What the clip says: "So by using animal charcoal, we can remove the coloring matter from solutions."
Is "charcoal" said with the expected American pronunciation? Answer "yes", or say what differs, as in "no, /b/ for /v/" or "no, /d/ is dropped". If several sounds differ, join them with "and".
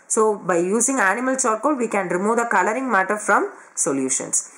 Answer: no, /s/ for /tʃ/